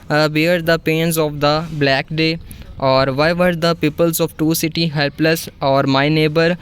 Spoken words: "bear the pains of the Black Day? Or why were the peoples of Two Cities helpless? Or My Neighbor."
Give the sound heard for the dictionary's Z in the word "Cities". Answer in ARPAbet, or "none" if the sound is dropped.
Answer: none